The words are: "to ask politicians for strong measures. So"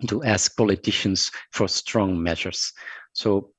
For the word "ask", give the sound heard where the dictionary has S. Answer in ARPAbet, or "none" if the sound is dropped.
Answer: S